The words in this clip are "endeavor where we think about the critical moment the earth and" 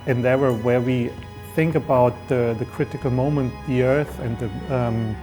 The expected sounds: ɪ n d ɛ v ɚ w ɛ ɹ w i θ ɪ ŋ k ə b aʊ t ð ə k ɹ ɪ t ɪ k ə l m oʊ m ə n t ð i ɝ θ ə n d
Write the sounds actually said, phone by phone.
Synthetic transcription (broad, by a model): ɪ n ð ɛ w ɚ w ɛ ɹ w i θ ɪ ŋ k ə b aʊ t ð ə k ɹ ɪ t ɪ k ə l m oʊ m ə n t ð i ɝ θ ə n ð